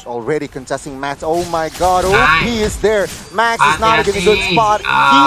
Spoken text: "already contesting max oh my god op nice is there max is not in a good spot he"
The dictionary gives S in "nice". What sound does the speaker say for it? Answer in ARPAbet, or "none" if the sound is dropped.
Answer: none